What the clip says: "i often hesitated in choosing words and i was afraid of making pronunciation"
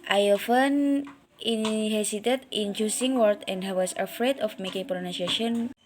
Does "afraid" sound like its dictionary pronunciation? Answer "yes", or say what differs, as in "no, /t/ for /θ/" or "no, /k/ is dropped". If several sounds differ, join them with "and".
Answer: yes